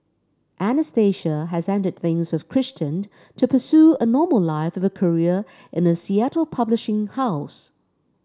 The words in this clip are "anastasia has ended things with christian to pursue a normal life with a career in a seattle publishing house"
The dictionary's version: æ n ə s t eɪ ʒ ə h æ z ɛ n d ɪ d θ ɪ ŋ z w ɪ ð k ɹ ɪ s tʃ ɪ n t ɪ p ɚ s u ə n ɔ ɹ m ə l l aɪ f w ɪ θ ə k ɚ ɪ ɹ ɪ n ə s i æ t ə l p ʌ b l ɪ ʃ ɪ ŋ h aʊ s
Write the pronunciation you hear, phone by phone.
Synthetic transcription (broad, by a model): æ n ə s t eɪ ʃ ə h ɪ z ɛ n d ɪ d θ ɪ ŋ z w ɪ ð k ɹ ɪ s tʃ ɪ n t ɪ p ɚ s u ə n ɔ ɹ m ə l l aɪ f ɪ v ə k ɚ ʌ ɹ ɪ n ə s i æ t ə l p ʌ b l ɪ ʃ ɪ ŋ h aʊ s